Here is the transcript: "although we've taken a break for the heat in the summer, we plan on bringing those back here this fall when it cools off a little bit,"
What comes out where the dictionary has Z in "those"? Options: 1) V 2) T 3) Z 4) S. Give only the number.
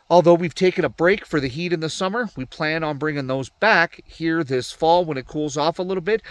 3